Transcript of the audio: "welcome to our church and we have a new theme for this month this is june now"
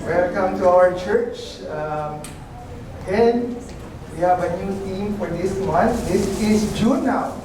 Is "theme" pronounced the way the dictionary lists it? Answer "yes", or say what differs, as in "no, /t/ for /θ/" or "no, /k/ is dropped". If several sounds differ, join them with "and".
no, /t/ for /θ/